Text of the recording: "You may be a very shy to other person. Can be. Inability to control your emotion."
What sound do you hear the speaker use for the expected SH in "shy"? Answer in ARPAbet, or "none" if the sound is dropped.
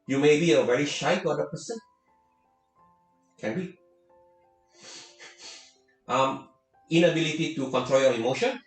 SH